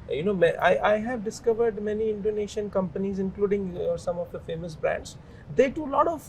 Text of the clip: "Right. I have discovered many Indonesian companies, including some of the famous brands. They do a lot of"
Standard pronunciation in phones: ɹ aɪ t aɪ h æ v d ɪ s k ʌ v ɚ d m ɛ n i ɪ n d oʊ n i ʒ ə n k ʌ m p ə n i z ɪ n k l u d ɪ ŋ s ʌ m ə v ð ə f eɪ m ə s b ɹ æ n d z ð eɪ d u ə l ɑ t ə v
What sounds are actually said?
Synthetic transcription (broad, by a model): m aɪ t aɪ h æ v d ɪ s k ʌ v ɚ d m ɛ n i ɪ n d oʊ n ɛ ʃ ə n k ʌ m p ə n i z ɪ n k l u d ɪ ŋ s ʌ m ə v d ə f eɪ m ə s b ɹ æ n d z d eɪ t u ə l ɑ t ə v